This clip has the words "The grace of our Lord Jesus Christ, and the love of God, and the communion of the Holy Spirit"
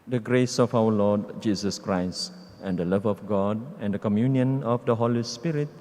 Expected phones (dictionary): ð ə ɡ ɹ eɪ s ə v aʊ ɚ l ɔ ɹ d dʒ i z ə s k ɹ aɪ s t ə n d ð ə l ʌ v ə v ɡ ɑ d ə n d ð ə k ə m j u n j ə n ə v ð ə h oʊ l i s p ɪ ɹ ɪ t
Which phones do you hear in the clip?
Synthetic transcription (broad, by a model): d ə ɡ ɹ eɪ s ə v aʊ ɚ l ɔ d dʒ i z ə s k ɹ aɪ s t ə n d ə l ʌ v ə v ɡ ɑ d ə n d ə k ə m j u n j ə n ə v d ə h oʊ l i s p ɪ ɹ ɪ t